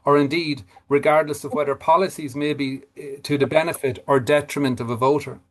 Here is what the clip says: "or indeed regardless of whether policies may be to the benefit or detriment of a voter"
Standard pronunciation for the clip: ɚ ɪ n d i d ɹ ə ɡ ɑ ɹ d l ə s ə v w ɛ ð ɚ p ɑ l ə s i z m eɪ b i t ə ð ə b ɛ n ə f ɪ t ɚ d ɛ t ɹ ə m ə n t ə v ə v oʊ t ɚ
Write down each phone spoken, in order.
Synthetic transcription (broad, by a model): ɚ ɪ n d i d ɹ ə ɡ ɑ ɹ d l ə s ə v w ɛ ð ɚ p ɑ l ə s i z m eɪ b i t ə ð ə b ɛ n ə f ɪ t ɚ d ɛ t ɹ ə m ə n t ə v ə v oʊ t ɚ